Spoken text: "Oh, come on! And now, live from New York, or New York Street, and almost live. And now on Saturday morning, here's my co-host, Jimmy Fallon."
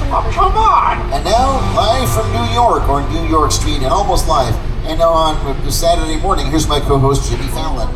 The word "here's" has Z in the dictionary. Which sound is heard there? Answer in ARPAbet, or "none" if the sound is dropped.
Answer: Z